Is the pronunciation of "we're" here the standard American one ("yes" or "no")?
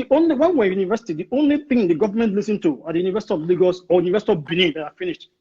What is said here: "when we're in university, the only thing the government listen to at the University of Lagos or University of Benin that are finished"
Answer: no